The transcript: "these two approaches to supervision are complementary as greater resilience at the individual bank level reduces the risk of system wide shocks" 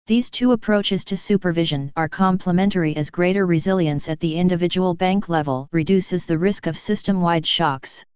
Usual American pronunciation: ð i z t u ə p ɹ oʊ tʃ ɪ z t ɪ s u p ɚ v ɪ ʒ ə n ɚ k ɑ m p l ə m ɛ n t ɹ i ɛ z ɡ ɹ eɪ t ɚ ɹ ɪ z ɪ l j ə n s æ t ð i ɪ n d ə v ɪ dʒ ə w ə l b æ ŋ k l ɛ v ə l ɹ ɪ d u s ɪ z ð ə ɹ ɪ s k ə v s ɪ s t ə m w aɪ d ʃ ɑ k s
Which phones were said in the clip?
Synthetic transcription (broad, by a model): ð i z t u ə p ɹ oʊ tʃ ɪ z t ɪ s u p ɚ v ɪ ʒ ə n ɚ k ɑ m p l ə m ɛ n t ɹ i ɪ z ɡ ɹ eɪ t ɚ ɹ ɪ z ɪ l j ə n s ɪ t ð i ɪ n d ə v ɪ dʒ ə w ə l b æ ŋ k l ɛ v ə l ɹ ɪ d u s ɪ z ð ə ɹ ɪ s k ə v s ɪ s t ə m w aɪ d ʃ ɑ k s